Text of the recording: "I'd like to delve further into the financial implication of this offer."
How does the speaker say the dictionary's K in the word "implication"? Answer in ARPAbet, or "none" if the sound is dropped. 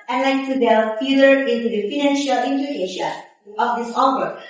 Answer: none